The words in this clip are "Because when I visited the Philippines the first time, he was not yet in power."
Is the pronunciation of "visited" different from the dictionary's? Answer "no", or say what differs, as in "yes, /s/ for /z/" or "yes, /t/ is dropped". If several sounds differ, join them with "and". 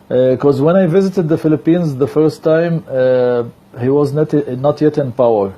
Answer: no